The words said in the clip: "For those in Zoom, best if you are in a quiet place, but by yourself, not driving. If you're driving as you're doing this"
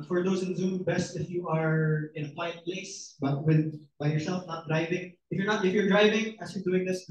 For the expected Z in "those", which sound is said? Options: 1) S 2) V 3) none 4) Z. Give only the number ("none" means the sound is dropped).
1